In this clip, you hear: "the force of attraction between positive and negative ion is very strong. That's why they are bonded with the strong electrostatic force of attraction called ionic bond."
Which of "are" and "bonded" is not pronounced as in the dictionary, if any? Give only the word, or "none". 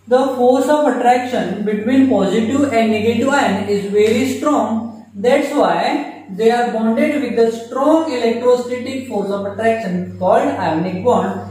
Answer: none